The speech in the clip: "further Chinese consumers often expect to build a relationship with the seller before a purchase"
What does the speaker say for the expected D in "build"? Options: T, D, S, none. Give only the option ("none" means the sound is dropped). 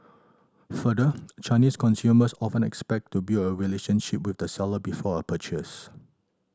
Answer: none